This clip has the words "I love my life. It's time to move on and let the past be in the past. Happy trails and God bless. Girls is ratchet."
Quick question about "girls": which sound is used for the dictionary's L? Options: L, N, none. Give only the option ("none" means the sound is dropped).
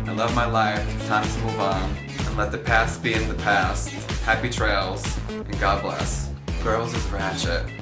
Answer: L